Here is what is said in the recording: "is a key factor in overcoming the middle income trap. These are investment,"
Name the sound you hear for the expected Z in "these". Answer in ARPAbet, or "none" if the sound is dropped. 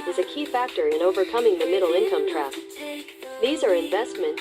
Z